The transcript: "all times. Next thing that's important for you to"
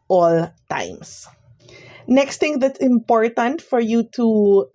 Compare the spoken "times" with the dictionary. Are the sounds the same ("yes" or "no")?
no